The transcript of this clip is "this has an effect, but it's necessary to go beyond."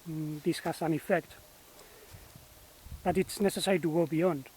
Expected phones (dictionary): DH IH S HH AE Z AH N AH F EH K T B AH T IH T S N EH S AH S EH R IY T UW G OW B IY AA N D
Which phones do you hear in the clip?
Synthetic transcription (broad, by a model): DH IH S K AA S AH N AH F EH K T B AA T IH T S N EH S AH S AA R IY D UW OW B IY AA N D